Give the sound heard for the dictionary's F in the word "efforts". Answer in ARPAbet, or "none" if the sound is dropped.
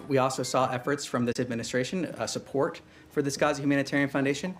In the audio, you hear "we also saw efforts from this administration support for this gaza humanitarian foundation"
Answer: F